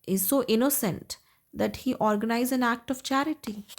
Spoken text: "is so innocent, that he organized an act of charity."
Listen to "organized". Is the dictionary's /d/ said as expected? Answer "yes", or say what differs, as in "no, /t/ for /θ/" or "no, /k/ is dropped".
no, /d/ is dropped